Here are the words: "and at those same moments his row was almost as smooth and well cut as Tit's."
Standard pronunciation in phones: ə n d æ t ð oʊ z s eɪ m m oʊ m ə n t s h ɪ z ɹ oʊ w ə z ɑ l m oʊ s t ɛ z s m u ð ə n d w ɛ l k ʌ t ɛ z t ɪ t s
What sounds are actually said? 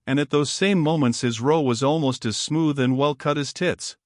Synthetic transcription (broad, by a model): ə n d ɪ t ð oʊ z s eɪ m m oʊ m ə n t s h ɪ z ɹ oʊ w ə z ɑ l m oʊ s t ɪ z s m u ð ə n w ɛ l k ʌ t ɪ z t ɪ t s